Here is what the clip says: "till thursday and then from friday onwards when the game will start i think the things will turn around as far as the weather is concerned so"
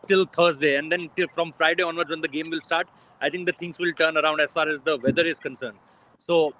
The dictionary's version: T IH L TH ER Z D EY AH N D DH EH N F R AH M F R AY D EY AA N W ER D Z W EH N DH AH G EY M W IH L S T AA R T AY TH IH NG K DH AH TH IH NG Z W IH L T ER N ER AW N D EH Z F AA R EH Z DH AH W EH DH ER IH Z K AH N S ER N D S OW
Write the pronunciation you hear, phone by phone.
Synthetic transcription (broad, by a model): T IH L T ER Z D EY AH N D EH N F R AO M F R AY D EY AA N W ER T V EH N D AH G EY M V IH L S T AA R T AY T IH NG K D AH T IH NG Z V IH L T ER N ER AW N D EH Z F AA R EH Z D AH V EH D ER IH Z K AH N S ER N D S OW